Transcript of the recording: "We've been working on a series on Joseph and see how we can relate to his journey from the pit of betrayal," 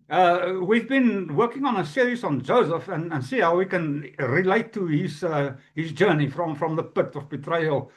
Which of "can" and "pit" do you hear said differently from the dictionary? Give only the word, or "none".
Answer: none